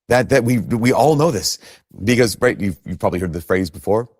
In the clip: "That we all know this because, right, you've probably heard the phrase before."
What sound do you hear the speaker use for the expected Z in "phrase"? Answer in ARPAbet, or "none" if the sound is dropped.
Z